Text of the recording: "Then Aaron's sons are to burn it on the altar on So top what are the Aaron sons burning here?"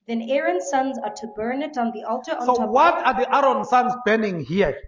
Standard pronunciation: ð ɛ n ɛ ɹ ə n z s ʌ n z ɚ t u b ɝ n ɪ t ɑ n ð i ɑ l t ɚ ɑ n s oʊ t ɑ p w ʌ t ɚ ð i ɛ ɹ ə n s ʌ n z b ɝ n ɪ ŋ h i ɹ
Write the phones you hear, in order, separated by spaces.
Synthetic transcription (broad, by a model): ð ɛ n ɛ ɹ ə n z s ʌ n z ɚ t u b ɝ n ɪ t n ð i ɑ l t ɚ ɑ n s oʊ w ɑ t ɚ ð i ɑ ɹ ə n s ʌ n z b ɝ n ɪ ŋ h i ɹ